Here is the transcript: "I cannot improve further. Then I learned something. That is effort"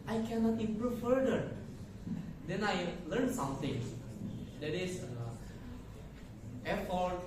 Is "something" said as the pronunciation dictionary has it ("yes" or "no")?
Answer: no